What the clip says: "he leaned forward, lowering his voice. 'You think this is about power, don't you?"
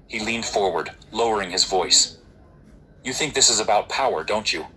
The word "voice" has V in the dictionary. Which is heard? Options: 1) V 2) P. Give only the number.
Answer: 1